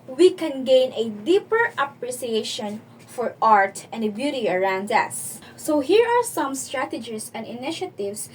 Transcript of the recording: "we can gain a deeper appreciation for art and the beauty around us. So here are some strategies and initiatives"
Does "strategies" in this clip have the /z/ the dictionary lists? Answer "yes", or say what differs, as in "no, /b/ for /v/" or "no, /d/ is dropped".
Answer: no, /s/ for /z/